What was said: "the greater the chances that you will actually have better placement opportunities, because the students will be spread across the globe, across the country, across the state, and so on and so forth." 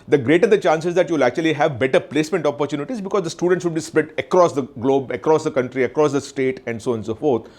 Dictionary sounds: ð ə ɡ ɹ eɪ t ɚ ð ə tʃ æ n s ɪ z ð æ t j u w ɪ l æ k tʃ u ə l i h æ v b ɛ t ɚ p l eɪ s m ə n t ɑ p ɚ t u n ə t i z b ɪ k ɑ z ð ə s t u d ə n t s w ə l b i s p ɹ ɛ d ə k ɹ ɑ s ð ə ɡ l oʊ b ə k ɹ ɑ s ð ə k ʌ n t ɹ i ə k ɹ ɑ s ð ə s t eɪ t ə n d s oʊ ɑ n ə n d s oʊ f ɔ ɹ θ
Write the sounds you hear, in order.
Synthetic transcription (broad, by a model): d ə ɡ ɹ eɪ t ɚ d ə tʃ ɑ n s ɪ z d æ t j u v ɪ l æ k tʃ u ə l i h æ v b ɛ t ɚ p l eɪ s m ə n t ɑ p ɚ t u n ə t i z b ɪ k ɑ z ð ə s t u d ə n t s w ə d b i s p ɛ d ə k ɹ ɑ s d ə ɡ l oʊ b ə k ɹ ɑ s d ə k ʌ n t ɹ i ə k ɹ ɑ s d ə s t eɪ t ə n d s oʊ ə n s oʊ f ɔ ɹ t